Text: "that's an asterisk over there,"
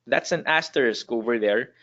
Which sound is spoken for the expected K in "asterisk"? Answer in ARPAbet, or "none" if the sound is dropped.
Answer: K